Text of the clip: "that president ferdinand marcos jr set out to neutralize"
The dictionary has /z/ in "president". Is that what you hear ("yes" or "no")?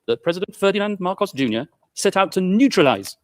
yes